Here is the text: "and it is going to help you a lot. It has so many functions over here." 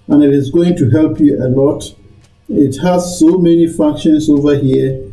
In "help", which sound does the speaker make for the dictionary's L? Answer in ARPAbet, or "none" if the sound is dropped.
L